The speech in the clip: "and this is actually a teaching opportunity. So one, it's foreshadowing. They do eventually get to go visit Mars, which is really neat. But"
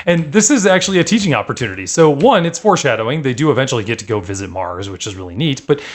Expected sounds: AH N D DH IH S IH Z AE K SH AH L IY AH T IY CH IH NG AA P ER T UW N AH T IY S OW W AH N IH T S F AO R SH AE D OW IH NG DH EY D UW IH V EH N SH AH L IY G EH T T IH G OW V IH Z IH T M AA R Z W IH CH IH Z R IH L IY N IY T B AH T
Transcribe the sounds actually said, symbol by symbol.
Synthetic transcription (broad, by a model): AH N DH IH S IH Z AE K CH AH L IY AH T IY CH IH NG AA P ER T UW N AH T IY S OW W AH N IH T S F AO R SH AE D OW IH NG DH EY D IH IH V EH N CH L IY G EH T T IH G OW V IH Z IH T M AA R Z W IH CH IH Z R IH L IY N IY T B AH T